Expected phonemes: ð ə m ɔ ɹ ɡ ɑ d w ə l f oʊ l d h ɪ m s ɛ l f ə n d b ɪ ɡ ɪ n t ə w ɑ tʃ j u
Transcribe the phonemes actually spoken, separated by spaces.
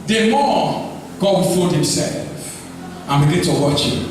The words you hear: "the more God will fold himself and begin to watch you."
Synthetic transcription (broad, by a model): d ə m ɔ ɡ ɑ d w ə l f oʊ d h ɪ m s ɛ l f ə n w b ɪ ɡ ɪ t ə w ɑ tʃ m